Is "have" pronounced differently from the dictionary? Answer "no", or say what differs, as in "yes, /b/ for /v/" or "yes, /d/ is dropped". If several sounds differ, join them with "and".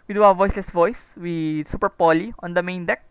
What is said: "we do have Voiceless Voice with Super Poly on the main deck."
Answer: yes, /w/ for /v/